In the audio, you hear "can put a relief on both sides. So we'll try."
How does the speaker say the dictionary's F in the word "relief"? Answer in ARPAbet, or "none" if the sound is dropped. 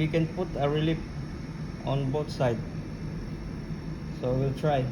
P